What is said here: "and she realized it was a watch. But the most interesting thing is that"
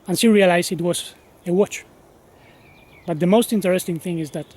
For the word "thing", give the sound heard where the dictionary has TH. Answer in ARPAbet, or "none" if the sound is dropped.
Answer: TH